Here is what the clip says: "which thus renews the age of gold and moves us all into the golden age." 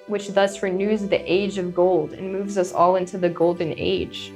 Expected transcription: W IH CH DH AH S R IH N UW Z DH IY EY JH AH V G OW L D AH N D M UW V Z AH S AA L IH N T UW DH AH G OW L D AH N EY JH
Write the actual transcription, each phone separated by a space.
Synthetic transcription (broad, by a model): W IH CH DH AH S R IH N UW Z DH IY EY JH AH V G OW L D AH N M UW V Z AH S AA L IH N T UW DH AH G OW L D N EY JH